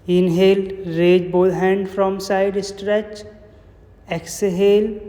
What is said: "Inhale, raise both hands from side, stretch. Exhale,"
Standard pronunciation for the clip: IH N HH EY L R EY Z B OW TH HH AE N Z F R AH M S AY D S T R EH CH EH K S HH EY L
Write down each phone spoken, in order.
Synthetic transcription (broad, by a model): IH N HH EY L R EY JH B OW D HH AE N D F R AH M S AY D S T R EH CH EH K S HH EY L